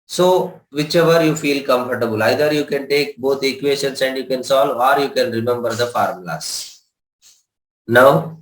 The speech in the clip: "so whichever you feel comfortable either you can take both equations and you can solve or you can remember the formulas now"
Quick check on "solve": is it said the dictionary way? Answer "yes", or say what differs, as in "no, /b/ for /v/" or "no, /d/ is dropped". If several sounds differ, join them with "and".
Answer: no, /v/ is dropped